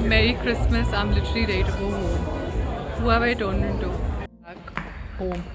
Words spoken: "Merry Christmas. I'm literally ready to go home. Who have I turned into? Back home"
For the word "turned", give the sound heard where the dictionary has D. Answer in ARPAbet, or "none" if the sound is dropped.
none